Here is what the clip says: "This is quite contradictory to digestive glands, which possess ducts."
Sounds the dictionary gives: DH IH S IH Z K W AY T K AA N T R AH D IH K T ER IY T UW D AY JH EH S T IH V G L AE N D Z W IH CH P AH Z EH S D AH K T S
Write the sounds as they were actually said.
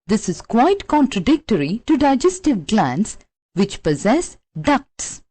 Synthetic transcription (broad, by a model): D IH S IH Z K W AY T K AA N T R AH D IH K T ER IY T UW D AY JH EH S T IH V G L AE N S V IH CH P AH Z EH S D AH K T S